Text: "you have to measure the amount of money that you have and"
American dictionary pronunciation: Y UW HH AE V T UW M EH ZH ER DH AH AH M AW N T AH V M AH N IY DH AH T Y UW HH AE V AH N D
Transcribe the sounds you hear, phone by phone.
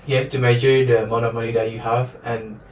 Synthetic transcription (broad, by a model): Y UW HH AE F T UW M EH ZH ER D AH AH M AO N AH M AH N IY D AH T Y UW HH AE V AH N